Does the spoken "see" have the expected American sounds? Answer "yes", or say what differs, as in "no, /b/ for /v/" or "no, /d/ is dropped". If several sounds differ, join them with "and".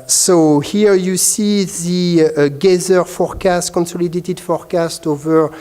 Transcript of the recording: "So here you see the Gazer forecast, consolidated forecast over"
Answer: yes